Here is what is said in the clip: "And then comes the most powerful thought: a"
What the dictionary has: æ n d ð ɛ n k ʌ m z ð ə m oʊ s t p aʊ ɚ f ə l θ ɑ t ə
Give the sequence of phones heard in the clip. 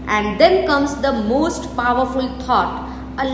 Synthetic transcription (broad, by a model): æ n d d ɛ n k ʌ m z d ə m oʊ s t p aʊ ɚ f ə l t ɑ t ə